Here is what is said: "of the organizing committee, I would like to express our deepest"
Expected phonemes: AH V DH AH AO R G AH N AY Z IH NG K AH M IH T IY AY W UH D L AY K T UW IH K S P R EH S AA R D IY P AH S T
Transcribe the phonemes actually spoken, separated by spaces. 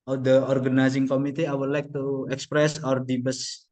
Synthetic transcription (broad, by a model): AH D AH AO R G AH N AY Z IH NG K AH M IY T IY AY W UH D L AY K T UW IH K S P R EH S AA R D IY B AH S